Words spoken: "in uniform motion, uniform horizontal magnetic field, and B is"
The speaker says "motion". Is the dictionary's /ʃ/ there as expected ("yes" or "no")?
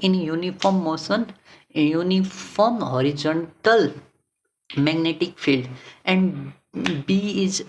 no